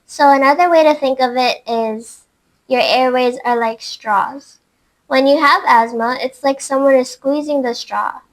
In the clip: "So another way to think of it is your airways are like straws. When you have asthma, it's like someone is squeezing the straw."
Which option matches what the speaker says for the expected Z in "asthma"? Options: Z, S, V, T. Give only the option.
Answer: Z